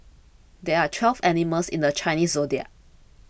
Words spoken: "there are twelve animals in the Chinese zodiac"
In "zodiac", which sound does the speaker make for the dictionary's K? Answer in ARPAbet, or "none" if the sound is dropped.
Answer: none